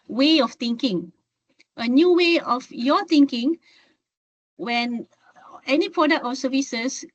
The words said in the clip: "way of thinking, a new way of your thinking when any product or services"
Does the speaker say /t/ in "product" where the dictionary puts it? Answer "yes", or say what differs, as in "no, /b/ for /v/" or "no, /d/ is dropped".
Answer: yes